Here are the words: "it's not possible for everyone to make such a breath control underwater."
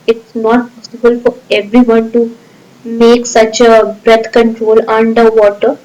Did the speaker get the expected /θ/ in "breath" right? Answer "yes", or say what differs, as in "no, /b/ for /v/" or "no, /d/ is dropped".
no, /t/ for /θ/